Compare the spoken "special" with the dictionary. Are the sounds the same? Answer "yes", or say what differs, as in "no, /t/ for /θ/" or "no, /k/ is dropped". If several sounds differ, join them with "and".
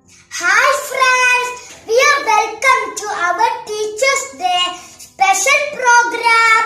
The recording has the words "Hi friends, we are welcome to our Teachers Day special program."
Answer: no, /n/ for /l/